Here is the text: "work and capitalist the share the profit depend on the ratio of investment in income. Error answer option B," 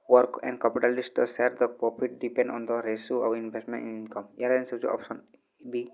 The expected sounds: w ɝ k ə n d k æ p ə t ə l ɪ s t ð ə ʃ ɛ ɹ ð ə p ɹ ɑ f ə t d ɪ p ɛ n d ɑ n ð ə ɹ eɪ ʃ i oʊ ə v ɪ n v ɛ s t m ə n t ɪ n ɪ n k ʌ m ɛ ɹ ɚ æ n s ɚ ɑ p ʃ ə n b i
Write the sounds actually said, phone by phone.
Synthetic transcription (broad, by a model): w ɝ k ə n d k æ p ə t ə l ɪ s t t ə s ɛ ɹ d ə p ɹ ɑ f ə t d ɪ p ɛ n d ɑ n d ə ɹ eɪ s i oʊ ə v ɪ n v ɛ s t m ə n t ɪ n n k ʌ m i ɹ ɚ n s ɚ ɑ p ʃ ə n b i